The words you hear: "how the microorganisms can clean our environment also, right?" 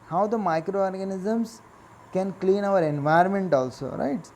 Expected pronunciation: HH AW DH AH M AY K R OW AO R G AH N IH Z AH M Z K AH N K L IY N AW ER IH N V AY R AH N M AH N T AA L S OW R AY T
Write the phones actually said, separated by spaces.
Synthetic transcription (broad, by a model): HH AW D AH M AY K R OW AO R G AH N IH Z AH M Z K AH N K L IY N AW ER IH N V AY AH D M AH N T AA L S OW R AY T